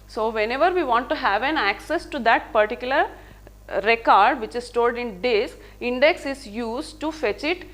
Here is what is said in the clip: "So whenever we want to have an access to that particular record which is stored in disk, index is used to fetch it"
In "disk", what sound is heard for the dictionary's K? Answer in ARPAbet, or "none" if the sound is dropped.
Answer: none